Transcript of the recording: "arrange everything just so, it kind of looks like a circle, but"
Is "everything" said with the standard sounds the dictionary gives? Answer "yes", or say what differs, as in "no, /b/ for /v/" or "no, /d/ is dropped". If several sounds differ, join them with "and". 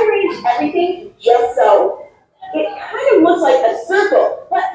yes